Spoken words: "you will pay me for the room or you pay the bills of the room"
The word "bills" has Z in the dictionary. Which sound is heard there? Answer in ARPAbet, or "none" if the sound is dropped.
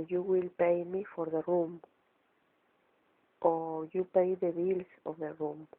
S